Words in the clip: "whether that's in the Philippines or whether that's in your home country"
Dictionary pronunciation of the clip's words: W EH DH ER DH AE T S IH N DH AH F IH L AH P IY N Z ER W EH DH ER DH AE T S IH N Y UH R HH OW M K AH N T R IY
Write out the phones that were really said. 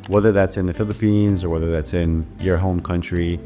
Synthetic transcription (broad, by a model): W EH DH ER DH AE T S IH N DH AH F IH L AH P IY N Z ER W EH DH ER DH AE T S IH N Y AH R HH OW M K AH N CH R IY